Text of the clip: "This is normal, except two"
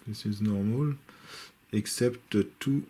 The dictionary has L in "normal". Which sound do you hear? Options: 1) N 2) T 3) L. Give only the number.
3